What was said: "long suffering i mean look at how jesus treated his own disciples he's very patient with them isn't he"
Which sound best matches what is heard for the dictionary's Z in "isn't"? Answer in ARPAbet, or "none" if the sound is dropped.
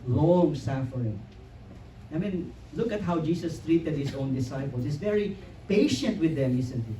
S